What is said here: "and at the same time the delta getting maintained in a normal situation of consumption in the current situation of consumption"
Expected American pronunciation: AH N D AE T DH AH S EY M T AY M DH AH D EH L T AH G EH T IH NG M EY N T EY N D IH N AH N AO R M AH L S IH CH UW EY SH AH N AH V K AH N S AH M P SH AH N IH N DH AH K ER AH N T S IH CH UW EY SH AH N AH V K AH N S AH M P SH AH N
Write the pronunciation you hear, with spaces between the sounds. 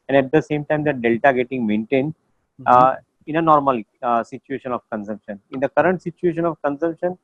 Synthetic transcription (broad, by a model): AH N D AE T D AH S EY M T AY M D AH D EH L T AH G EH T IH NG M EY N T EY N D IH N AH N AO R M AH L S IH CH UW EY SH AH N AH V K AH N S AH M P SH AH N IH N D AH K ER AH N T S IH CH UW EY SH AH N AH V K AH N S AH M P SH AH N